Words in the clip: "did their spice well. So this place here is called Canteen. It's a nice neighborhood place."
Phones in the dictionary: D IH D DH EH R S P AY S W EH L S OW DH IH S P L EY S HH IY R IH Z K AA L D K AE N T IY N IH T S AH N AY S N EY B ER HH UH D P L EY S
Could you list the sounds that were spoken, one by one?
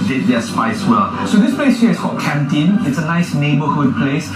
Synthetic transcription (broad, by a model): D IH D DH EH S P AY S W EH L S OW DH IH S P L EY S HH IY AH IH S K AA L K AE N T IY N IH T S AH N AY S N EY B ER HH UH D P L EY S